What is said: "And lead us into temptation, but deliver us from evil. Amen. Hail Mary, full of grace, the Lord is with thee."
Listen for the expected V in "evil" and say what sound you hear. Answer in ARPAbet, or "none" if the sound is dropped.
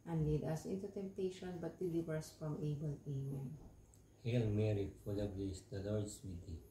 B